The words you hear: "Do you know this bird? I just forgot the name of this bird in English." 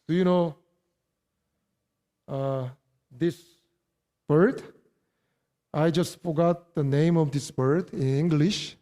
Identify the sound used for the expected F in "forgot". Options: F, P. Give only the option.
F